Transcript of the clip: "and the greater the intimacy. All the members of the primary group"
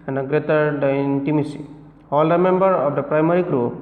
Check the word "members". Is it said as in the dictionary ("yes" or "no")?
no